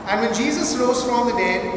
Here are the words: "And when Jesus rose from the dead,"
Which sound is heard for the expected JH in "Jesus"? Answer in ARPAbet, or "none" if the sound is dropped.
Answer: JH